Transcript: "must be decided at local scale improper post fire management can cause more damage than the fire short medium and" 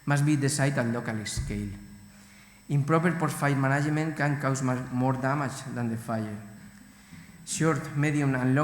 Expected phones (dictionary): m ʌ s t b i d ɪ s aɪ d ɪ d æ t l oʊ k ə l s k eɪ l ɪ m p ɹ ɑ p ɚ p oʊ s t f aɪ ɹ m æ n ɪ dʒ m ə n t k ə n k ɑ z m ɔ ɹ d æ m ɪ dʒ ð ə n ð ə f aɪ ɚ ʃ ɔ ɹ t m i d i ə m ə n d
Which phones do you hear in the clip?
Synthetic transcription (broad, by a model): m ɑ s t b i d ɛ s aɪ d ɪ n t l oʊ k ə l s k eɪ l ɪ m p ɹ ɑ p ɚ p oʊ t f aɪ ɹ m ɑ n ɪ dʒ m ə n k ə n k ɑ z m ɔ ɹ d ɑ m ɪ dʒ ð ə n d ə f aɪ ɚ ʃ ɔ ɹ t m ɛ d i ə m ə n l